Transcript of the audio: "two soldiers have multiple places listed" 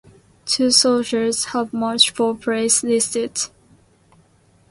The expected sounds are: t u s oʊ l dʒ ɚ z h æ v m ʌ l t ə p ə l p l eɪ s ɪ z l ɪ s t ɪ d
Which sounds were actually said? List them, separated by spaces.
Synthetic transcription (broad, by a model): t u s oʊ l dʒ ɚ z h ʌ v m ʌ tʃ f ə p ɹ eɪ ɪ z l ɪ s t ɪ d